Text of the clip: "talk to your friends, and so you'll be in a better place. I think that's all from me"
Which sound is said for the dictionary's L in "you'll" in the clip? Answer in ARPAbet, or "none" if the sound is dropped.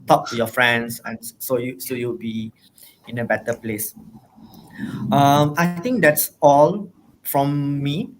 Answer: W